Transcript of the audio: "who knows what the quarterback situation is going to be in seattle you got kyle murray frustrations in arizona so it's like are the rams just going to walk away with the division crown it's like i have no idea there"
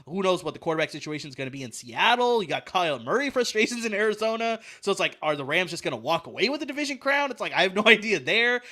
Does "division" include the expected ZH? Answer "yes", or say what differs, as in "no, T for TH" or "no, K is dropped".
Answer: yes